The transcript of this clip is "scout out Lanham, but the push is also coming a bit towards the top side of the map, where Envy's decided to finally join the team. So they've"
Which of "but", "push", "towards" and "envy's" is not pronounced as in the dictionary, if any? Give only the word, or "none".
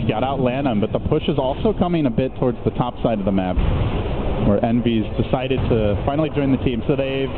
none